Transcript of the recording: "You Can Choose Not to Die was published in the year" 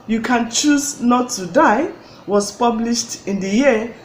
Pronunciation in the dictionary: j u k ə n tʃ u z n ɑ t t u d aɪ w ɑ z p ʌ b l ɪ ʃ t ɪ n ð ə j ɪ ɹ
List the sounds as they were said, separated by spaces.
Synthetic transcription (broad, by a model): j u k ə n tʃ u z n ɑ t t u d aɪ w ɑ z p ʌ b l ɪ ʃ t ɪ n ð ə j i